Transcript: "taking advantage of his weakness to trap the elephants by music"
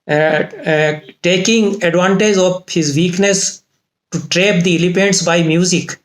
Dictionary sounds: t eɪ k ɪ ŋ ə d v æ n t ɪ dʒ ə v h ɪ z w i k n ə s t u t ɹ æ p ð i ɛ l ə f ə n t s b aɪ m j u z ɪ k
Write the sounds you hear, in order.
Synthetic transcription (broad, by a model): t eɪ k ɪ ŋ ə d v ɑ n t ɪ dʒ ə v h ɪ z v i k n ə s t u t ɹ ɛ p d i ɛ l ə p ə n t s b aɪ m j u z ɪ k